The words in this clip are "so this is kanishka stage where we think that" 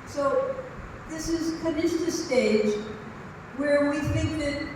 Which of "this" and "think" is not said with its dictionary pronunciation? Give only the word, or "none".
none